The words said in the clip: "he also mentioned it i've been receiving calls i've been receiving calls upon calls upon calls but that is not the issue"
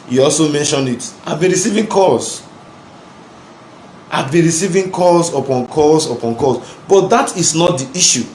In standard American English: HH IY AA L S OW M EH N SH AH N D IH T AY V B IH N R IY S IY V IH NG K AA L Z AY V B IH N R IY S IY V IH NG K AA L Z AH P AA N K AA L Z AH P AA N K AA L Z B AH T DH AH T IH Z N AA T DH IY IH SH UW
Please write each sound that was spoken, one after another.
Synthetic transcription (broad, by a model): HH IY AA L S OW M EH N SH AH N D IH T AY V B IH N R IY S IY V IH NG K AA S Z AY V B IH N R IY S IY V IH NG K AA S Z AH P AA N K AA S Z AH P AA N K AA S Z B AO T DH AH T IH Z N AA T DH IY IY SH UW